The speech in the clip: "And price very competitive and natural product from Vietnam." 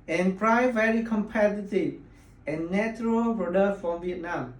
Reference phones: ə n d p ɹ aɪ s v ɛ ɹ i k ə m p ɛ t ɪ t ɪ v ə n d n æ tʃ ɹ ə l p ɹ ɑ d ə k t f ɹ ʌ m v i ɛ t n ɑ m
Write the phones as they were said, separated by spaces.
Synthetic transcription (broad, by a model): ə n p ɹ aɪ v ɛ ɹ i k ə m p ɛ t ɪ t ɪ v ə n n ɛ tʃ ɹ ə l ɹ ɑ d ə f ɹ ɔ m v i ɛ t n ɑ m